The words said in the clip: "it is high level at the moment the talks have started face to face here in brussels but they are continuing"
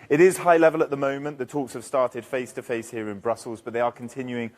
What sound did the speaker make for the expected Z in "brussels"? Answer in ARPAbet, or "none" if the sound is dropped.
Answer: Z